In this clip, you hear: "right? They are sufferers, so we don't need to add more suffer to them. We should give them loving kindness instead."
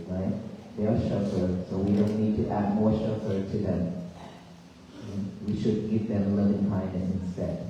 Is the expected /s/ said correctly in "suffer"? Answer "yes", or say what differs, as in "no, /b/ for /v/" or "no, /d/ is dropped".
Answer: no, /ʃ/ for /s/